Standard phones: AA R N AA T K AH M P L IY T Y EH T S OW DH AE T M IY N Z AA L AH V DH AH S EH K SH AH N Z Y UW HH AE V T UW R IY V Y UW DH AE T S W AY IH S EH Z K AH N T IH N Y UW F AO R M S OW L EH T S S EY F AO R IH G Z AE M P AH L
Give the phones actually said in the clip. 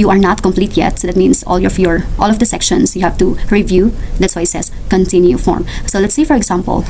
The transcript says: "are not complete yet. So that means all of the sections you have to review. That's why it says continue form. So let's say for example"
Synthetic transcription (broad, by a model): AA R N AA T K AH M P L IY T Y EH T S OW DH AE T M IY N S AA L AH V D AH S EH K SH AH N S Y UW HH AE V T UW R IY V Y UW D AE T S W AY IH S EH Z K AH N T IH N Y UW F AO R M S OW L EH T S S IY F AO R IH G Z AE M P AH L